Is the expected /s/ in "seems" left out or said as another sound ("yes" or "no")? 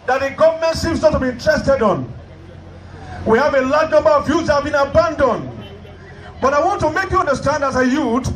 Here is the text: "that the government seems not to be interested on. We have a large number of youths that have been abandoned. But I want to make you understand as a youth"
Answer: yes